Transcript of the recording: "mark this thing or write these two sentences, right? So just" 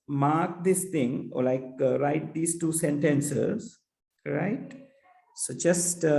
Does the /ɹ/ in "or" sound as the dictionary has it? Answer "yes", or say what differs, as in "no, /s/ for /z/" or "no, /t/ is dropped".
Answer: no, /l/ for /ɹ/